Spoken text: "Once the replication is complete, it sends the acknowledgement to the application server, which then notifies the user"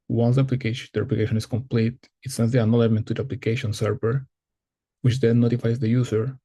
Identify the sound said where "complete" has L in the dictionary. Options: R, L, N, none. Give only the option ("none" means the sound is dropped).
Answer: L